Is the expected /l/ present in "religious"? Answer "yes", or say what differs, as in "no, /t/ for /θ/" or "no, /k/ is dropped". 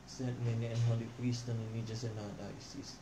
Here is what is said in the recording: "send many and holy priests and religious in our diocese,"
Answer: no, /n/ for /l/